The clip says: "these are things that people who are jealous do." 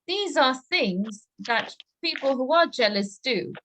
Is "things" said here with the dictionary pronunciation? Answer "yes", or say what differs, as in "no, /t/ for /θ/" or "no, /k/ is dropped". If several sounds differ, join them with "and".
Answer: yes